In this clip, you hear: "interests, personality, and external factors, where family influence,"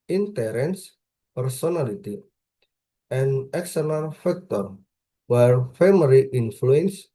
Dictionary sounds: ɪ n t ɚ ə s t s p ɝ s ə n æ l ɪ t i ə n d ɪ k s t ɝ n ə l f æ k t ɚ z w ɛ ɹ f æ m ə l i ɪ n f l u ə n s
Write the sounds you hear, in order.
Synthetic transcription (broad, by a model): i n t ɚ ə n s p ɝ s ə n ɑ l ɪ t i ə n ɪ k s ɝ l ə n f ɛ k t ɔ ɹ w ɛ ɹ f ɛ m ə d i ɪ n f l u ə n s